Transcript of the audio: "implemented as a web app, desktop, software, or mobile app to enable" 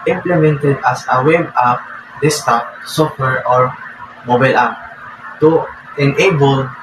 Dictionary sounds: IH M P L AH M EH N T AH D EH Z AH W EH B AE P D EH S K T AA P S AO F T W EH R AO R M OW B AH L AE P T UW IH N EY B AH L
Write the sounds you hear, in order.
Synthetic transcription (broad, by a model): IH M P L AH M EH N T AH D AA S AH W EH B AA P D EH S T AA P S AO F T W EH R AO R M OW B AH L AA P T UW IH N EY B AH L